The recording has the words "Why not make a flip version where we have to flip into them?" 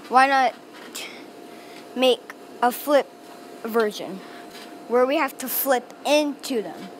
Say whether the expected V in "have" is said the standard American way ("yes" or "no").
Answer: no